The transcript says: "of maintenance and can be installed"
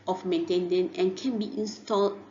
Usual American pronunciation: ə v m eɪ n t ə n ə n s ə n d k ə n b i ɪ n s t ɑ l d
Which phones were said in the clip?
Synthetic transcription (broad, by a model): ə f m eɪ n t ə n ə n ə n k ə n b i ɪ n s t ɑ l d